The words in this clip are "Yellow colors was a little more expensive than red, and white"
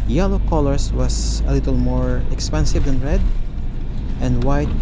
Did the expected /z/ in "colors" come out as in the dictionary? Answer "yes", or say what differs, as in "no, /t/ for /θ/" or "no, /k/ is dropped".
no, /s/ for /z/